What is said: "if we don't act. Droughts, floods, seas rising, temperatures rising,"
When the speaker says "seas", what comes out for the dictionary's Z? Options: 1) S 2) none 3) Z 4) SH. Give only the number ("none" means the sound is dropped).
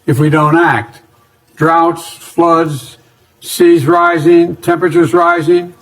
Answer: 3